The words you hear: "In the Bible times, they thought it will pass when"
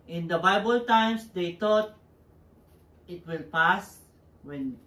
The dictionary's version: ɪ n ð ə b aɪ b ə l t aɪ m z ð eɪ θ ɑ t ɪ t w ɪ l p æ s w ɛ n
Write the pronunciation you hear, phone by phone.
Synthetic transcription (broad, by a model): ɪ n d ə b aɪ b ə l t aɪ m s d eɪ t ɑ t ɪ t w ɪ l p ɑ s w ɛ n